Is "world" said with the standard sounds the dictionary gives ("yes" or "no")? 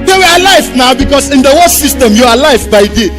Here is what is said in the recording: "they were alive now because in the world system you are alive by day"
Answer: no